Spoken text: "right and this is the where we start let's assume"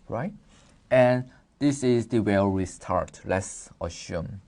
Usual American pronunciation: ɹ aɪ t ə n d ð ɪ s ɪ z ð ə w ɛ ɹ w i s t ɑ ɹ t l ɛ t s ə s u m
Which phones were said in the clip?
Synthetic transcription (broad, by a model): ɹ aɪ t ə n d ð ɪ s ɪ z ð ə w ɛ l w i s t ɑ ɹ t l ɛ t s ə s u m